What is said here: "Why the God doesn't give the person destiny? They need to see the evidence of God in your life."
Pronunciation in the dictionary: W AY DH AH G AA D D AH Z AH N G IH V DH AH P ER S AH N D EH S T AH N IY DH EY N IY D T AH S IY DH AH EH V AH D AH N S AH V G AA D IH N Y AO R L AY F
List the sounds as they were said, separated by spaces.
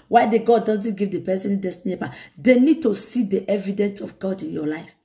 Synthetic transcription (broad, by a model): W AY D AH G AA D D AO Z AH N G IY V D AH P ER S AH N D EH S T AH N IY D EY N IY D T AH S IY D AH EH V AH D AH N S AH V G AA D IH N Y AO L AY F